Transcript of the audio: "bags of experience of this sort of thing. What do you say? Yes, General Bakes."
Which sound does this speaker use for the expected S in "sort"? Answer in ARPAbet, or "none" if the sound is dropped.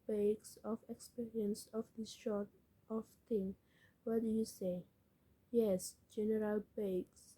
SH